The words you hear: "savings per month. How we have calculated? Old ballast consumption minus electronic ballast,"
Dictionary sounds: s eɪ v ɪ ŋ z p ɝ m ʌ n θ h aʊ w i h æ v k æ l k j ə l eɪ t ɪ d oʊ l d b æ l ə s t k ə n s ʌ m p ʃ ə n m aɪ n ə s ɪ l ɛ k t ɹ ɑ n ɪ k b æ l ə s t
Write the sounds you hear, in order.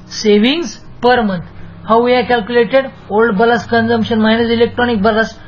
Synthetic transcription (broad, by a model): s eɪ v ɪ ŋ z p ɝ m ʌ n t h aʊ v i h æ k æ l k j ə l eɪ t ɪ d oʊ l d b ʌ l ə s k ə n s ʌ m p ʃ ə n m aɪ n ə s ɪ l ɛ k t ɹ ɑ n ɪ k b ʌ l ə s